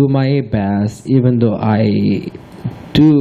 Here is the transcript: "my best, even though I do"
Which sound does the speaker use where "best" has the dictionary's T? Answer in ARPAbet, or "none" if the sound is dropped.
none